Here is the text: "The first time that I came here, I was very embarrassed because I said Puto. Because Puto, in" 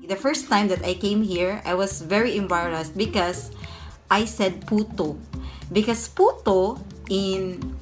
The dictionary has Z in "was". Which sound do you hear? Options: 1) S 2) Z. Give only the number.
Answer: 1